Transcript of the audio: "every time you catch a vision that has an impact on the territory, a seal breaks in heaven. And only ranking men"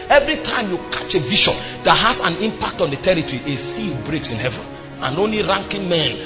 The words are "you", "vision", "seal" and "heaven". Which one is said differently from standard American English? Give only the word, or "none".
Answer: vision